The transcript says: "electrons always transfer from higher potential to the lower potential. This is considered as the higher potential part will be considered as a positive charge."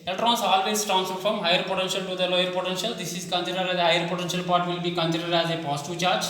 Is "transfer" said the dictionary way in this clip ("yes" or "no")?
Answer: no